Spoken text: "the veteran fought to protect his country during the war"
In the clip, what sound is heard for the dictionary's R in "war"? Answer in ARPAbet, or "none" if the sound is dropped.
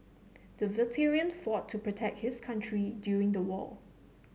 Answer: L